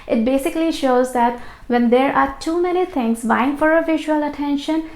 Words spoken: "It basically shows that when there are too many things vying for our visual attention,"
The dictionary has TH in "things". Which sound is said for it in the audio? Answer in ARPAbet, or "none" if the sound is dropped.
T